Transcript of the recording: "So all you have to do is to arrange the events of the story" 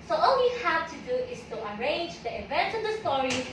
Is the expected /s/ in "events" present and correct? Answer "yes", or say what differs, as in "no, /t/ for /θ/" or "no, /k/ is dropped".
no, /s/ is dropped